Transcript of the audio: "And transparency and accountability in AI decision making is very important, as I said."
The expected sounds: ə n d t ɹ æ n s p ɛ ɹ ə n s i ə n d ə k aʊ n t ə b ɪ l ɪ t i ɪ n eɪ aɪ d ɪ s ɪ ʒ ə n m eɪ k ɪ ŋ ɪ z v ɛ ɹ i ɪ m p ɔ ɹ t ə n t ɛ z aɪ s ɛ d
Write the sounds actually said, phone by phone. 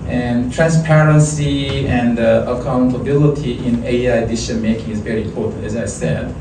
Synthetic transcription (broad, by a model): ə n t ɹ æ n s p ɛ ɹ ə n s i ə n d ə k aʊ n t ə b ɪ l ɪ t i ɪ n eɪ aɪ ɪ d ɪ ʃ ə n m eɪ k ɪ ŋ ɪ z v ɛ ɹ i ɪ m p ɔ ɹ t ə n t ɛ z aɪ s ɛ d